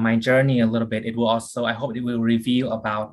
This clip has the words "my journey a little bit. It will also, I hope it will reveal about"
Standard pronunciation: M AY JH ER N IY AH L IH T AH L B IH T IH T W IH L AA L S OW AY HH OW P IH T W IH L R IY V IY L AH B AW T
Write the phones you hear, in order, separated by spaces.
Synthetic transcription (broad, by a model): M AY JH ER N IY AH L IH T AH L B IH T IH T W IH L AA L S OW AY HH OW P IH T W IH L R IY V IY L AH B AW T